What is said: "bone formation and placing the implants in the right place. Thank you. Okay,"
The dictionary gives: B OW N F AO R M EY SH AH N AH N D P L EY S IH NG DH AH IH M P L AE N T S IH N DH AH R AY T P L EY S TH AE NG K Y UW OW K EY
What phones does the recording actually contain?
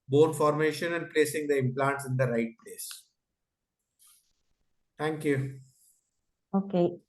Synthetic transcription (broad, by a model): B OW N F AO R M EY SH AH N AH N D P L EY S IH NG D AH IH M P L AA N T S IH N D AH R AY T P L EY S T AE NG K Y UW OW K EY